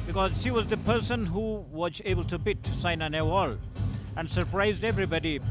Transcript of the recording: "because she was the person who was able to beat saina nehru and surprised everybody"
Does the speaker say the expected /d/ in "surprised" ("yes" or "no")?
yes